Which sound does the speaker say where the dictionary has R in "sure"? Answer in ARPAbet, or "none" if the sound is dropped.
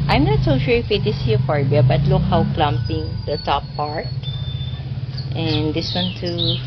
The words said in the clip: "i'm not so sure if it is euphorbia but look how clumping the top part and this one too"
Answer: L